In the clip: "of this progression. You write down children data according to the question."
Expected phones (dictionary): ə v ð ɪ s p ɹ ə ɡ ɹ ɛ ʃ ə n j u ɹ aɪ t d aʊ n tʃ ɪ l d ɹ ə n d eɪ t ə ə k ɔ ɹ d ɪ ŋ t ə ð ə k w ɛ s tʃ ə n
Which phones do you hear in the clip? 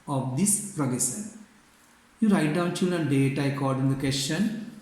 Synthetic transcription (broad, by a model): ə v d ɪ s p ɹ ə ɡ ɛ s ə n j u ɹ aɪ t d aʊ n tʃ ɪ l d ə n d eɪ t ə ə k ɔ ɹ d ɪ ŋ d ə k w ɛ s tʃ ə n